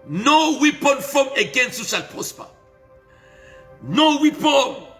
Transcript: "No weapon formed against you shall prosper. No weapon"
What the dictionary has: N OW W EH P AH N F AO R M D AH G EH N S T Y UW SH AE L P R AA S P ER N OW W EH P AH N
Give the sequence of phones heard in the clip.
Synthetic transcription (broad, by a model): N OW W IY P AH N F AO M AH G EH N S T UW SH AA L P AA S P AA N OW W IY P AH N